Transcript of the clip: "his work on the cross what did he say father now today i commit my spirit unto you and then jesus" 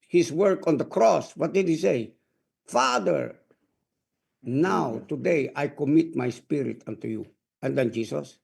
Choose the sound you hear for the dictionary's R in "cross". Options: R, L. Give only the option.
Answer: R